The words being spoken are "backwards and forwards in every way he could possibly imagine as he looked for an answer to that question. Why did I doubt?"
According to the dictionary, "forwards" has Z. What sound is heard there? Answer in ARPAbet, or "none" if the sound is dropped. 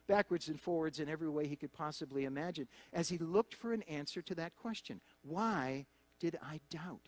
Z